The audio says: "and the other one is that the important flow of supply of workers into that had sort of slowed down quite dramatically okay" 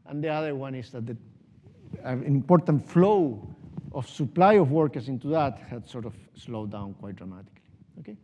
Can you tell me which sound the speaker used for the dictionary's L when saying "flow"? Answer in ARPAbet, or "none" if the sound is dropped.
L